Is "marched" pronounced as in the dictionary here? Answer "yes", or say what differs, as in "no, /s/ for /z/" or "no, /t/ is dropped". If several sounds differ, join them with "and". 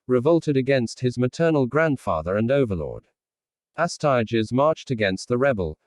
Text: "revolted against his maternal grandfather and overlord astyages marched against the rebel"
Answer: yes